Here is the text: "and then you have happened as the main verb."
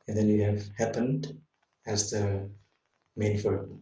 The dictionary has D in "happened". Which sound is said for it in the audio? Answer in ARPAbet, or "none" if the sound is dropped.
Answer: D